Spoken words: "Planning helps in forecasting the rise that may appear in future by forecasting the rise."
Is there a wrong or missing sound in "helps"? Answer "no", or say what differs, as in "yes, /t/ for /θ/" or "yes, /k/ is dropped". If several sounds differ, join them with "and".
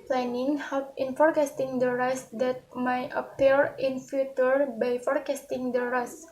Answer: yes, /s/ is dropped